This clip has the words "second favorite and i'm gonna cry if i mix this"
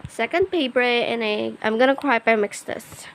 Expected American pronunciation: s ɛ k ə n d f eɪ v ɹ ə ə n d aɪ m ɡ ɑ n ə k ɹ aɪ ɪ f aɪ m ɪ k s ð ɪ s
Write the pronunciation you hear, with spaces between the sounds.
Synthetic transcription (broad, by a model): s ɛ k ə n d p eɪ p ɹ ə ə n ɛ aɪ m ɡ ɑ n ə k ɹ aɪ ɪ p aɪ m ɪ k s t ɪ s